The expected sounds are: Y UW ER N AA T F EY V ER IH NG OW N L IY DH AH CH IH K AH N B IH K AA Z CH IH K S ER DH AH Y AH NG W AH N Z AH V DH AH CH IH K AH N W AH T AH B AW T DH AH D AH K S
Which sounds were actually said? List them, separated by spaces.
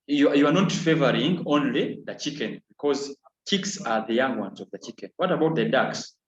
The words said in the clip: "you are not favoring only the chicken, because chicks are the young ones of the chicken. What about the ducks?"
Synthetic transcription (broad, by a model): Y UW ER N AA T F EY V ER IH NG OW N L IY DH AH CH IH K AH N B IH K AA Z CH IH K S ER DH AH Y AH NG W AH N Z AH V DH AH CH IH K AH N W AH T AH B AW T DH AH D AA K S